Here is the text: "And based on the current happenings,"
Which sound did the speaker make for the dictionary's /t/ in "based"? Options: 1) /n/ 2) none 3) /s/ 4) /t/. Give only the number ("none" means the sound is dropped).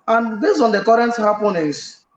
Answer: 2